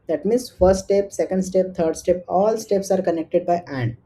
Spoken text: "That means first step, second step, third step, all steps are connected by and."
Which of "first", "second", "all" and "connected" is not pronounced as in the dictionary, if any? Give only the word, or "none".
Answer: first